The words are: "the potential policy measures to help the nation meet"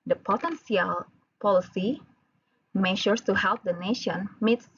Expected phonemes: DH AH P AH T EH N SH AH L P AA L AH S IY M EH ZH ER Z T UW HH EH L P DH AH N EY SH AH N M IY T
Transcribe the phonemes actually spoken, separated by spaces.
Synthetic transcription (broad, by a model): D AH P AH T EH N S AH L P AA L AH S IY M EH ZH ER S T UW HH EH L P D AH N EY SH AH N M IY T